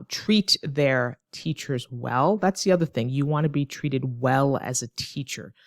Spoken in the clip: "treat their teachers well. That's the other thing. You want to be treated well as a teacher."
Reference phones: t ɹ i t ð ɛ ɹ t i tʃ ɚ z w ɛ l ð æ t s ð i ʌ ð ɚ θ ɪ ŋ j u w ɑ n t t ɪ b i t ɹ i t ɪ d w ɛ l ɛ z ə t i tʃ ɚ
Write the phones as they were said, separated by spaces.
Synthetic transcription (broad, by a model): t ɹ i t ð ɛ ɹ t i tʃ ɚ z w ɛ l ð æ t s ð i ʌ ð ɚ θ ɪ ŋ j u w ɑ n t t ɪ b i t ɹ i t ɪ d w ɛ l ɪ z ə t i tʃ ɚ